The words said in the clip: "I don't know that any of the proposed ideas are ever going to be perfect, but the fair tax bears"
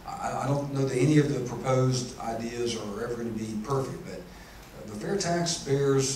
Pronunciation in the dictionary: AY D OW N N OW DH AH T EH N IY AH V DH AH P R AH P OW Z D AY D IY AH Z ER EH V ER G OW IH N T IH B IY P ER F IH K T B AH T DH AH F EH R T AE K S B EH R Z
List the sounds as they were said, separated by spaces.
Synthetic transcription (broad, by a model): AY D OW N N OW DH AH T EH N IY AH V DH AH P R AH P OW Z D AY D IY AH Z ER EH V ER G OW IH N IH B IY P ER F IH K T B AH T DH AH F EH R T AE K S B EH R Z